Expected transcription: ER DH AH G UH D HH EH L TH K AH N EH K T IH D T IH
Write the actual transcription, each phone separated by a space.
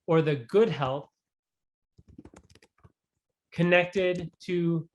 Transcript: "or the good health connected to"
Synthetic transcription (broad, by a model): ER DH AH G UH D HH EH L TH K AH N EH K T IH D T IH